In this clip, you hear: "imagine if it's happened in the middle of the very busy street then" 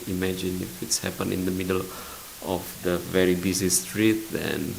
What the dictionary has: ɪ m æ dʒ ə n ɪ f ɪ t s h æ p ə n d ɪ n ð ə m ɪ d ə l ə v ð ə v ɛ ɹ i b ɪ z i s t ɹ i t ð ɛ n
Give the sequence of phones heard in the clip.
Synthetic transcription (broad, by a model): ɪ m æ dʒ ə n ɪ f ɪ t s h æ p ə n ɪ n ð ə m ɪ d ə l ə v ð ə v ɛ ɹ i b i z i s t ɹ i t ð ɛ n